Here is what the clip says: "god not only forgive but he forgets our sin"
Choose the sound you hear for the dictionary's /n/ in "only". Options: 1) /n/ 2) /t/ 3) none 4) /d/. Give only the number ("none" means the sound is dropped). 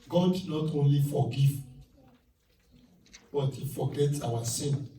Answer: 1